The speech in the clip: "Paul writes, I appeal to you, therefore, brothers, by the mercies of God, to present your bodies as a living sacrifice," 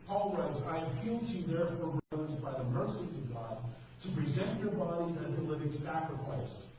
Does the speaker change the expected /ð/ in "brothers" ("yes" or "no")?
yes